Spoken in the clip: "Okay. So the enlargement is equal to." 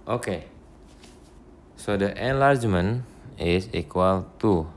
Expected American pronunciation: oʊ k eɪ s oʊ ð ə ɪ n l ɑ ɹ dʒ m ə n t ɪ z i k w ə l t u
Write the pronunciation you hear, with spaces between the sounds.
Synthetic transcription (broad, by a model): oʊ k eɪ s oʊ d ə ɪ n l ɑ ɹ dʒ m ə n ɪ s i k w ə l t u